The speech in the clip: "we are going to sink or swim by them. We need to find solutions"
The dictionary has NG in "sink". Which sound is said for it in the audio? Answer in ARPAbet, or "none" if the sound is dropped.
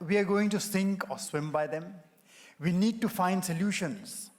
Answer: NG